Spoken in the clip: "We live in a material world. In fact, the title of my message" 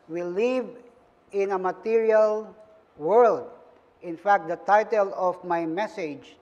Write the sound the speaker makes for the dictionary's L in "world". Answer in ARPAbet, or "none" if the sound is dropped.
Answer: L